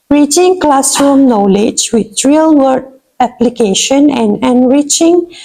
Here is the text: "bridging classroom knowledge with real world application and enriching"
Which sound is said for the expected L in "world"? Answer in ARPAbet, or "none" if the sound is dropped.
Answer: none